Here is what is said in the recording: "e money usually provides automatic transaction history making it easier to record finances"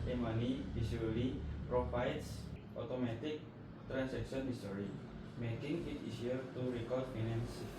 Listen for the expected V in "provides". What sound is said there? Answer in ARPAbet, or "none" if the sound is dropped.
F